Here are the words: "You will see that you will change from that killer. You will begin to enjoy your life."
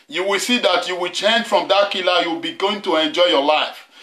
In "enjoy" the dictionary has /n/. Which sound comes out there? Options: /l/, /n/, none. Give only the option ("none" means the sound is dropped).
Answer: /n/